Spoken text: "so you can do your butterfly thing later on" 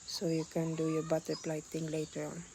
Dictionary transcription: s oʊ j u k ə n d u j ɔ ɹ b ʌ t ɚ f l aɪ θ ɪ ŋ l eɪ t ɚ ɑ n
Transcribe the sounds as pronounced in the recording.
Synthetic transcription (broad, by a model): s oʊ j u k ə n d u j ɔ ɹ b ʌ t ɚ p l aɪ t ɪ ŋ l eɪ t ɚ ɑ n